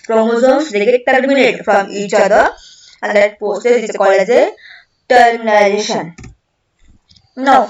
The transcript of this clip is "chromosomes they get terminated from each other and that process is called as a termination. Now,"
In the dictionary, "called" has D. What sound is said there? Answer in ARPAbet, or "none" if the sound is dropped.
none